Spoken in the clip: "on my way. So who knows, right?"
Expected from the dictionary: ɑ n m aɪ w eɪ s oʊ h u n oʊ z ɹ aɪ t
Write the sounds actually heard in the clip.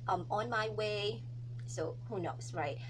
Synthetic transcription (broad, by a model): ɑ n m aɪ w eɪ s oʊ h u n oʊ s ɹ aɪ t